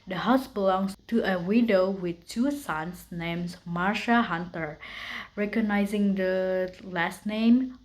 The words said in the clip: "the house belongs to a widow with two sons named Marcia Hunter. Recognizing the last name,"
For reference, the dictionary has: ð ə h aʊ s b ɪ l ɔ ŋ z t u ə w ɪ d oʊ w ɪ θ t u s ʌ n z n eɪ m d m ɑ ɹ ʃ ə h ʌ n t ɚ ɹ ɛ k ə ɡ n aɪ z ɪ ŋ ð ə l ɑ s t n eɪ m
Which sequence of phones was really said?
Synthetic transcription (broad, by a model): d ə h aʊ s b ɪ l ɔ ŋ s t u ə w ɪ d oʊ w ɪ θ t u s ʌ n s n eɪ m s m ɑ ɹ ʃ ə h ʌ n t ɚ ɹ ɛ k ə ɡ n aɪ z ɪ ŋ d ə l ɑ s t n eɪ m